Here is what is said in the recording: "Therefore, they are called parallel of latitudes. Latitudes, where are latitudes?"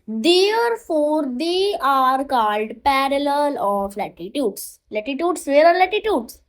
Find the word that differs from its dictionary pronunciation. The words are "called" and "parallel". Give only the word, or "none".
none